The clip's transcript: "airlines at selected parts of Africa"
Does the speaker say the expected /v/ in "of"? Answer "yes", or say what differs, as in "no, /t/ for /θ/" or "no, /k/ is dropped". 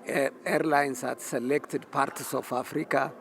no, /f/ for /v/